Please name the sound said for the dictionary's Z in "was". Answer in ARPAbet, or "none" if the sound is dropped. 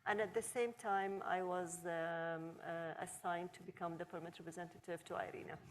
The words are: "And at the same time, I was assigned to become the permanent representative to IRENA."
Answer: Z